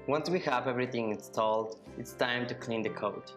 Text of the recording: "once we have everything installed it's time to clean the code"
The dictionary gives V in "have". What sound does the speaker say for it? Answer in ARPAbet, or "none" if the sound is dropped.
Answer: V